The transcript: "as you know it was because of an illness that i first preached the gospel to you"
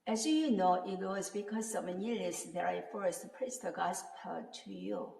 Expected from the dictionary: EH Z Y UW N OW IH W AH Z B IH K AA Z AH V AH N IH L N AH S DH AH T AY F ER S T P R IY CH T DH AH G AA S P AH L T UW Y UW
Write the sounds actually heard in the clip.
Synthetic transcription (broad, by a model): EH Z Y UW N OW IH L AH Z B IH K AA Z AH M AH N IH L AH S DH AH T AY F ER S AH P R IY S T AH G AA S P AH T UW Y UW